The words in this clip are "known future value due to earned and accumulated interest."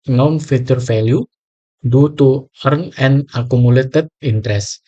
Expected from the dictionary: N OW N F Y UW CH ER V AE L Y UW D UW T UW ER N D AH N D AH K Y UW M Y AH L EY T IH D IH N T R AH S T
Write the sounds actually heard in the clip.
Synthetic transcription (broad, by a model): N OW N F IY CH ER F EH L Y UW D UW T UW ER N AH N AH K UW M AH L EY T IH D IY N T R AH S